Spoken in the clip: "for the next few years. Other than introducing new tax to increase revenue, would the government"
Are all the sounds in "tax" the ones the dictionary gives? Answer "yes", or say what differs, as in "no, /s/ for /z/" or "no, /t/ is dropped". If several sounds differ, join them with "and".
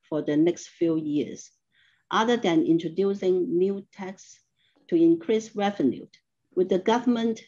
yes